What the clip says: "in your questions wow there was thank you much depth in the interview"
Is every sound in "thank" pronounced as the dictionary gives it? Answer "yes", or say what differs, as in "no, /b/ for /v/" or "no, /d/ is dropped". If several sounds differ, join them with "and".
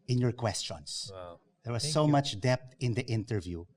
no, /s/ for /θ/